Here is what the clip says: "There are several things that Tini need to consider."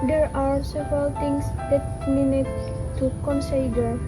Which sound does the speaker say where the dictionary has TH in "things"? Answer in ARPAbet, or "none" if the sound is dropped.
T